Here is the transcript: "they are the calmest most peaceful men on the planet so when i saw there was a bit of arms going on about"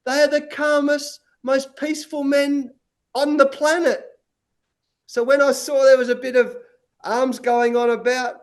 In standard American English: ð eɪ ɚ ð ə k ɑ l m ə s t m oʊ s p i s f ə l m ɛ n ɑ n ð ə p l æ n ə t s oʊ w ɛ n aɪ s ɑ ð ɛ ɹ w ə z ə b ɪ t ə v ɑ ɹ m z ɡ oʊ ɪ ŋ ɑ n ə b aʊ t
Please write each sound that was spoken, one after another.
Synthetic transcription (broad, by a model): ð eɪ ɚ ð ə k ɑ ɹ m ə s m oʊ s p i s f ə l m ɛ n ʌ n ð ə p l æ n ə t s oʊ w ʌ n aɪ s ɑ ð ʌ ɹ w ə z ə b ɪ t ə v ɑ ɹ m z ɡ oʊ ɪ ŋ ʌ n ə b aʊ t